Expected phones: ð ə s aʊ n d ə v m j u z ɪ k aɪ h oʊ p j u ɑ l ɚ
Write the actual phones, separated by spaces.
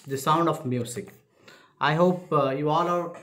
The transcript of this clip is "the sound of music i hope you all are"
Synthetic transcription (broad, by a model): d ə s aʊ n d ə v m j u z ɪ k aɪ h oʊ p j u ɑ l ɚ